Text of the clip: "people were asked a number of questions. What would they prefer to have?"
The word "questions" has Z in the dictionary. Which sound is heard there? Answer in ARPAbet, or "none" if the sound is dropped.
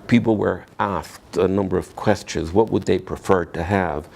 Z